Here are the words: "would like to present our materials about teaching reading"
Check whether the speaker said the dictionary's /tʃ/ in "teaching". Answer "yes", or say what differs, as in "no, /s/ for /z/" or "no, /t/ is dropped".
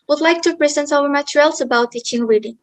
yes